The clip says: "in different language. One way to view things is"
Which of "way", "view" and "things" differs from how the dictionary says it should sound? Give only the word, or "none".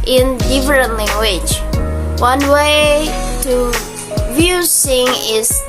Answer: things